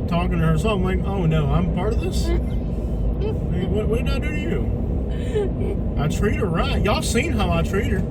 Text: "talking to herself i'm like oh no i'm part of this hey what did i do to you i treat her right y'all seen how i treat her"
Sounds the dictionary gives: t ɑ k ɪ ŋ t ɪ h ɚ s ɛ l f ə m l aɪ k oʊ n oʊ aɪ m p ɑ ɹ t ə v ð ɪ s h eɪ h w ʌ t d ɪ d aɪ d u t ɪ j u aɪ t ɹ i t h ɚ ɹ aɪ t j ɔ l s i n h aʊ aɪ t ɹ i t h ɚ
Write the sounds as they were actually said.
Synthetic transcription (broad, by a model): t ɑ k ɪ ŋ t ɪ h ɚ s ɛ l ə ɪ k oʊ n oʊ aɪ m p ɑ ɹ t ə v ð ɪ s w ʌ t w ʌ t d ɪ d aɪ d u t ɪ j u aɪ t ɹ i t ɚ ɹ aɪ t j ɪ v s i n h aʊ aɪ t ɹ i t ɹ